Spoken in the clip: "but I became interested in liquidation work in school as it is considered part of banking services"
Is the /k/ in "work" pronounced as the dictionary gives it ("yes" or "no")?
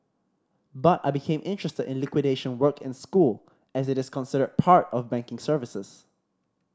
yes